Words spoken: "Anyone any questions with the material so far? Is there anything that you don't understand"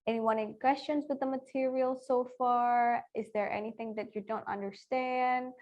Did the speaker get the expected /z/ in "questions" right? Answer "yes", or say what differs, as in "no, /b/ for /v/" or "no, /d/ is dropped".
yes